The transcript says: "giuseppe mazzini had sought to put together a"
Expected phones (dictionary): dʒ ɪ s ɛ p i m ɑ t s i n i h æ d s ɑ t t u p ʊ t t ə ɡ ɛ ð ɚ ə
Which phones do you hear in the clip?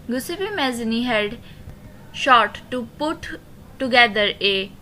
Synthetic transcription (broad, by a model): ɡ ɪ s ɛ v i m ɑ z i n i h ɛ d ʃ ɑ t t u p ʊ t t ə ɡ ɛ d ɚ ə